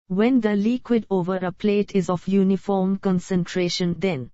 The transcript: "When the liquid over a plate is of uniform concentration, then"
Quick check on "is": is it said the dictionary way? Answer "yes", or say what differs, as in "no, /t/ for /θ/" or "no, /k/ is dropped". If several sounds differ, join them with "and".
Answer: yes